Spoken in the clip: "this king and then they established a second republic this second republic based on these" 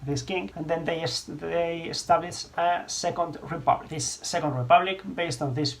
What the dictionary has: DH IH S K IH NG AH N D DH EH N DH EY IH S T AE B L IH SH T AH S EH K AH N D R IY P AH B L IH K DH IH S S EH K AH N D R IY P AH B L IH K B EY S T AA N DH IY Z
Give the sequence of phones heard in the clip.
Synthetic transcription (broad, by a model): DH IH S K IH NG AH N D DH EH N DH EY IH S T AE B L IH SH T AH S EH K AH N D R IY P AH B L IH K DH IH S S EH K AH N D R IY P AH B L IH K B EY S T AA N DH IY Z